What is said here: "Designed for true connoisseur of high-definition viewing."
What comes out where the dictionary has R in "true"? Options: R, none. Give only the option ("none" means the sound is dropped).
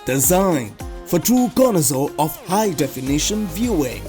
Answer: none